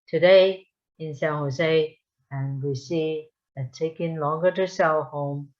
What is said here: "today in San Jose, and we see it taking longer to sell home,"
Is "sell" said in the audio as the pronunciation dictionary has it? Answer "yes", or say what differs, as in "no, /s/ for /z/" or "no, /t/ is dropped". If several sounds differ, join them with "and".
no, /w/ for /l/